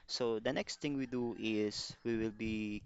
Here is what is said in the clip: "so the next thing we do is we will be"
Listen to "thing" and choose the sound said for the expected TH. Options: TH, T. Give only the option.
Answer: T